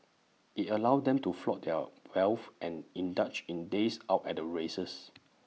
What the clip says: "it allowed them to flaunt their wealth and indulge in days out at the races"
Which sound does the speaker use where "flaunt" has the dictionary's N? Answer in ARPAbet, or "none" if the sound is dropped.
none